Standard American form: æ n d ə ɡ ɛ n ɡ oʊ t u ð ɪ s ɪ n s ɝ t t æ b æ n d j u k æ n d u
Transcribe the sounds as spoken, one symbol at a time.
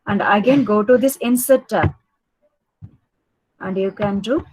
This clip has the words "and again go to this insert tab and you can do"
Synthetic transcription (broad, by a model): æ n d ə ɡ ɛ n ɡ oʊ t u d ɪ s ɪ n s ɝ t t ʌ æ n d j u k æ n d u